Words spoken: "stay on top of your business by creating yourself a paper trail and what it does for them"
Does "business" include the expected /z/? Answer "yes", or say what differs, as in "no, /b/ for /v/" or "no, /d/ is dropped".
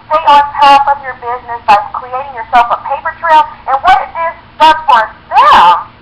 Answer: yes